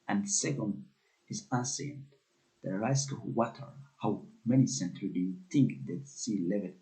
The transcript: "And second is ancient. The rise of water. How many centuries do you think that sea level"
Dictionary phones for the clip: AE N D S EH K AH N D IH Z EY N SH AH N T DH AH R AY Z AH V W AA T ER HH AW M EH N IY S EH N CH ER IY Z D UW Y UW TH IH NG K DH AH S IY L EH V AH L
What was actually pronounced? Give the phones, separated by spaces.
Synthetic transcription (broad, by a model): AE N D S EH K AH N D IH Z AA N S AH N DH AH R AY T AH W AA T ER HH AW M EH N IY S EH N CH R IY D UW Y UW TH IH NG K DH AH S IY L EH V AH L